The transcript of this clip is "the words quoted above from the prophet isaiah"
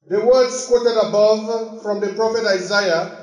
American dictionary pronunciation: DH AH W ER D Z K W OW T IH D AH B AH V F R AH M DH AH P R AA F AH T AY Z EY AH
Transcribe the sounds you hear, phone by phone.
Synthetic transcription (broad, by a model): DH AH W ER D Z K W OW T IH D AH B AH V F R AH M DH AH P R AA F AH T AY Z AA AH